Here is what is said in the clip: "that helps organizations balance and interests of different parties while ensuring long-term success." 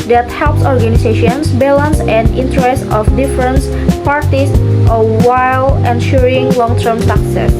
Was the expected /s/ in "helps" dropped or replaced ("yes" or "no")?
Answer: no